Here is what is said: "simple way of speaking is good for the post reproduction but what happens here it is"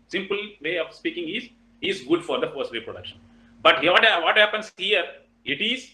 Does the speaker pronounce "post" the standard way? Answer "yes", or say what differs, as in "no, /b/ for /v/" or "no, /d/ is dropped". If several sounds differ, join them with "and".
no, /f/ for /p/